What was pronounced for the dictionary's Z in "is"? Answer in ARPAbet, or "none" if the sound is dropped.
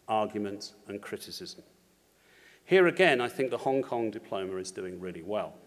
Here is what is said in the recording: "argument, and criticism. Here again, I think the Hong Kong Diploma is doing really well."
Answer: Z